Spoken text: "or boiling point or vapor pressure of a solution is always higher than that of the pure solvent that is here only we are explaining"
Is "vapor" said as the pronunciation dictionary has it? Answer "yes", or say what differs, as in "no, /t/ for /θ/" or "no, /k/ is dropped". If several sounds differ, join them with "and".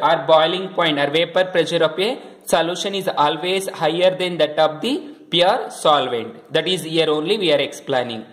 yes